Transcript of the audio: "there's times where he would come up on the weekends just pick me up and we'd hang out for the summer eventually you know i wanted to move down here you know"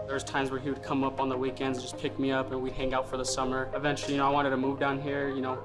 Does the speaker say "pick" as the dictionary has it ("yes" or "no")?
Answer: yes